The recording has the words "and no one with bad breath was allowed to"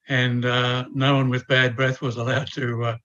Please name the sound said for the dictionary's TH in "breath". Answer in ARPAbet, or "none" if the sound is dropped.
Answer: TH